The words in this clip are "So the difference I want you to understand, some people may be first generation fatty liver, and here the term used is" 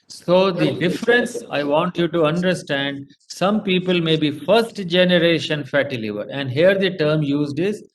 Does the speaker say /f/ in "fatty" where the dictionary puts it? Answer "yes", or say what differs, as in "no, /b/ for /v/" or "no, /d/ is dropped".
yes